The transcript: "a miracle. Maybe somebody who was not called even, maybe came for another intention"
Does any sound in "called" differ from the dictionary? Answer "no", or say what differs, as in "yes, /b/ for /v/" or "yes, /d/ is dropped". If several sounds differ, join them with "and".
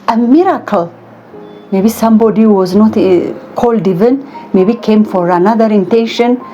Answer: no